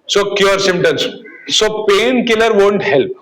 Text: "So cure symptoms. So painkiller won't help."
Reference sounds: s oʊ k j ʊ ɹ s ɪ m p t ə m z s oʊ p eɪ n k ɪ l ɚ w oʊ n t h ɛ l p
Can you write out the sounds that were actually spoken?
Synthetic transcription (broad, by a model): s oʊ k j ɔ ɹ s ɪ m t ə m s s oʊ p eɪ n k ɪ l ɚ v oʊ n t h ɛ l p